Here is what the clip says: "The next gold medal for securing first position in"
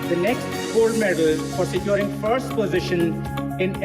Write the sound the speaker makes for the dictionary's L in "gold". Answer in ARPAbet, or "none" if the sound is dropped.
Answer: none